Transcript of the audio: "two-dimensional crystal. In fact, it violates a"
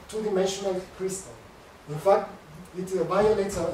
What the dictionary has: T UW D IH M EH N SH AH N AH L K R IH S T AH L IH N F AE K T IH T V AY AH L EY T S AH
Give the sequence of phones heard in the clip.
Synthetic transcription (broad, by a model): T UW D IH M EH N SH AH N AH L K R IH S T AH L IH N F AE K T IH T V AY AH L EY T AH